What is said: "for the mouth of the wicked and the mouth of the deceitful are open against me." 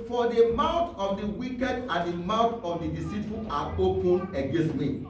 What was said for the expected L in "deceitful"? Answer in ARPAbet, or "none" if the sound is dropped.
N